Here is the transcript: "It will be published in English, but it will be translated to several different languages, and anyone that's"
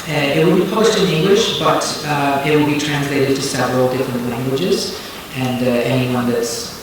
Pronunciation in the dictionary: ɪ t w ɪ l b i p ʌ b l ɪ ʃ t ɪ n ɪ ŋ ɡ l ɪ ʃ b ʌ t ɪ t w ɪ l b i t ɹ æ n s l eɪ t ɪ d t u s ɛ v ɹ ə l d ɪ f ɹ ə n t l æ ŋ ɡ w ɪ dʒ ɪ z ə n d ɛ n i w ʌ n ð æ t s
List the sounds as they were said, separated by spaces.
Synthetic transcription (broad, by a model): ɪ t w ɪ l b i p ʌ b l ɪ ʃ t ɪ n ɪ ŋ ɡ l ɪ ʃ b ʌ t ɪ t w ɪ l b i t ɹ æ n s l eɪ t ɪ d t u s ɛ v ɹ ə l d ɪ f ɹ ə n t l æ ŋ ɡ w ɪ dʒ ɪ z ə n d ɛ n i w ʌ n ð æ t s